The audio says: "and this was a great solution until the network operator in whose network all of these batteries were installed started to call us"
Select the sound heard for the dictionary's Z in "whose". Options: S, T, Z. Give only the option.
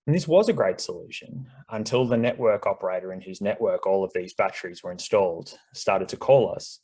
Z